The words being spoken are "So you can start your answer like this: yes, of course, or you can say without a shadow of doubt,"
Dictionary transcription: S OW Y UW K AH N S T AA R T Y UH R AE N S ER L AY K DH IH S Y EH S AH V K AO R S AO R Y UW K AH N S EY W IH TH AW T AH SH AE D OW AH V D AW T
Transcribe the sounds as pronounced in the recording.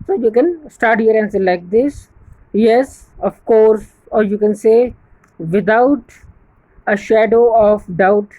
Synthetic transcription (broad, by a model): S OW Y UW K AH N S T AA R T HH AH R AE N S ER L AY K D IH S Y EH S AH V K AO R S AO R Y UW K AH N S EY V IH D AW T AH SH AE D OW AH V D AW T